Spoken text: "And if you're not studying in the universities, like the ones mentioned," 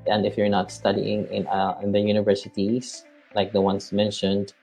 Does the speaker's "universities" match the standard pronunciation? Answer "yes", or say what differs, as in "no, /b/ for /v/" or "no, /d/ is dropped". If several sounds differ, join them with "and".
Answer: no, /s/ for /z/